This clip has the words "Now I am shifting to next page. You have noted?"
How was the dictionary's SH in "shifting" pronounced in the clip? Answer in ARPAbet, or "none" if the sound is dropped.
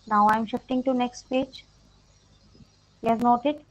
SH